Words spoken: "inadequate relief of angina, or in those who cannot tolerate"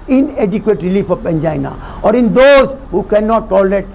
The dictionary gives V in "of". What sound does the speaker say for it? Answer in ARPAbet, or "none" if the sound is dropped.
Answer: P